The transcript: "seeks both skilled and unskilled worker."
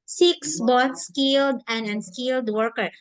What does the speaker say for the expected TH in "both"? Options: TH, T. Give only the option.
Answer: T